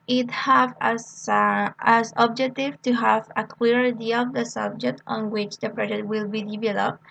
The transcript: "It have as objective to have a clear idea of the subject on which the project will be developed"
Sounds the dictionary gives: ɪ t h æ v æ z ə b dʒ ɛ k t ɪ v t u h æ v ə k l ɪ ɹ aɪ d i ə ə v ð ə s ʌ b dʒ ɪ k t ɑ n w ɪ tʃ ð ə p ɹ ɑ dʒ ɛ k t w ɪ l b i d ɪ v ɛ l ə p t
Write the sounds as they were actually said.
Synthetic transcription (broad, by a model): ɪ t h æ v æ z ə b dʒ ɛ k t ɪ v t u h æ v ə k l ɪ ɹ aɪ d i ə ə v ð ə s ʌ b dʒ ɪ k t ɑ n w ɪ tʃ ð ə p ɹ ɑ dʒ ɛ t w ɪ l b i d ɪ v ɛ l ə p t